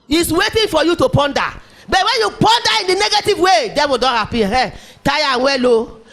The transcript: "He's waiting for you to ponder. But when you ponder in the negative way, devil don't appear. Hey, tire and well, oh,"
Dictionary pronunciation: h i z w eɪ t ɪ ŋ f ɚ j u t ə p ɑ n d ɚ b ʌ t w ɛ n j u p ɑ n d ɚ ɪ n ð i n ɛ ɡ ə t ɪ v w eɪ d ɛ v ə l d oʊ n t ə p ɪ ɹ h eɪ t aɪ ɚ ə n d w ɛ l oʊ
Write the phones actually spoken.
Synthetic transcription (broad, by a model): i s w eɪ t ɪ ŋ f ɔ j u t ə p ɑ n d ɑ b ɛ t w ɛ n j u p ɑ n d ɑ ɪ n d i n ɛ ɡ ə t ɪ v w eɪ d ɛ b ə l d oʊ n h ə p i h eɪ t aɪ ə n w ɛ l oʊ